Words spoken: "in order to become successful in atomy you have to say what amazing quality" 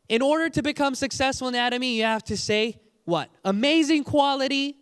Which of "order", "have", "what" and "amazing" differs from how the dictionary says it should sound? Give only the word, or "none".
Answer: have